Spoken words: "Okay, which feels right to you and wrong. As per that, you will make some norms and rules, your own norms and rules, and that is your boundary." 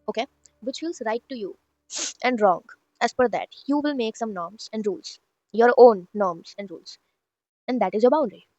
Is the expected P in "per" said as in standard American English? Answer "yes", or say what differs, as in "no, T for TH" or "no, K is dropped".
no, F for P